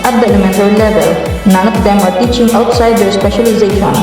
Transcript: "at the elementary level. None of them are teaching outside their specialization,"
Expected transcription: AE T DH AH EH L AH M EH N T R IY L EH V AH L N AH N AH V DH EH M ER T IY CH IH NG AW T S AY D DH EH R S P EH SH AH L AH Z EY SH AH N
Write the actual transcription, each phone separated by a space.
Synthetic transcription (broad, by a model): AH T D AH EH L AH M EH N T IY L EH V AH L N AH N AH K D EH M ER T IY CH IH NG AW T S AY D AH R S P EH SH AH L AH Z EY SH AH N